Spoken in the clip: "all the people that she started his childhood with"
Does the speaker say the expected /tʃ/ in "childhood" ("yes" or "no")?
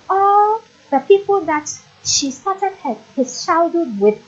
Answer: no